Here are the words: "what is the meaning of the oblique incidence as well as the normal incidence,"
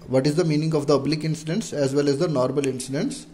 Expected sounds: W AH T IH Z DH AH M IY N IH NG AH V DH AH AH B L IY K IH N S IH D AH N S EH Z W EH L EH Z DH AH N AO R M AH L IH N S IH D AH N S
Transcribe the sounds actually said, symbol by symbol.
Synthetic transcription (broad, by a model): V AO T IH Z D AH M IY N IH NG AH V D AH AH B L IY K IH N S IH D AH N S EH Z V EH L EH Z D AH N AO R M AH L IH N S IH D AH N S